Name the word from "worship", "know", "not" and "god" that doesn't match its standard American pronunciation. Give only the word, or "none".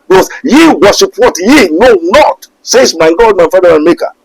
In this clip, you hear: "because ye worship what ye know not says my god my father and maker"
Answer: worship